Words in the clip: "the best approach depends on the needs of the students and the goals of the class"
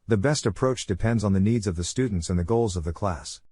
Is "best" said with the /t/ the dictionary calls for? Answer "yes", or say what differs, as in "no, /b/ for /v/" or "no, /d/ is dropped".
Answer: yes